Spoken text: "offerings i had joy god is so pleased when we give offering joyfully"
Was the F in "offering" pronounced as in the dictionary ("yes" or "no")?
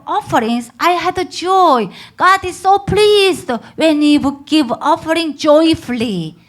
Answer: yes